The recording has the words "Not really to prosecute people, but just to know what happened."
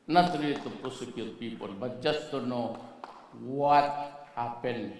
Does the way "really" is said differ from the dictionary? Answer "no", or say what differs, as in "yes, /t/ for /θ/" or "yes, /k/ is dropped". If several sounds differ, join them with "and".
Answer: yes, /l/ is dropped